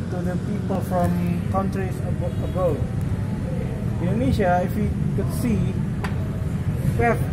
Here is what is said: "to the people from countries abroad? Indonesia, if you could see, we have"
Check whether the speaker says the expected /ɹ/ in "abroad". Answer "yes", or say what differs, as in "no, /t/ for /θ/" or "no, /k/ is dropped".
no, /ɹ/ is dropped